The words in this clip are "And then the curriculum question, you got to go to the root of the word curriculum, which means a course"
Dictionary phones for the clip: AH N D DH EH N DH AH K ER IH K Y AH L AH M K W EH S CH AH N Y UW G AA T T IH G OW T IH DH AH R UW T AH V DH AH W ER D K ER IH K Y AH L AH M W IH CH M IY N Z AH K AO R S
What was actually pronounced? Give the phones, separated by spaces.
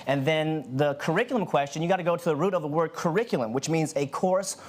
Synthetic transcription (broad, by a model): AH N DH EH N DH AH K ER IH K Y L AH M K W EH S CH AH N Y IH G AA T T IH G OW T IH DH AH R UW T AH V DH AH W ER D K ER IH K Y L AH M W IH CH M IY N Z AH K AO R S